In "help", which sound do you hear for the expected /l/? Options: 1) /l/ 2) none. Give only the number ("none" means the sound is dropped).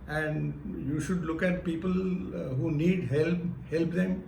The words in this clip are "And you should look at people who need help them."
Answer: 1